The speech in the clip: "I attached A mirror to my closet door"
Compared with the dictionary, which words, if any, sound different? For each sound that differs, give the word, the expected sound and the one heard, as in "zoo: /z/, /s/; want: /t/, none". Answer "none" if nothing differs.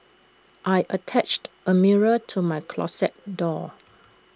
closet: /z/, /s/